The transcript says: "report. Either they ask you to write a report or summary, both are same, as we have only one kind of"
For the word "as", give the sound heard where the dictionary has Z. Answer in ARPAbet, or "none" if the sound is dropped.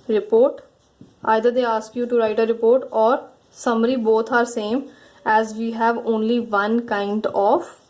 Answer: Z